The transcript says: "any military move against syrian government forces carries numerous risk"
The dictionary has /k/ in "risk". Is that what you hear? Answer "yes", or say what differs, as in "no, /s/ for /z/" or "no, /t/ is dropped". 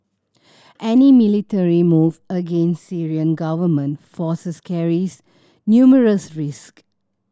yes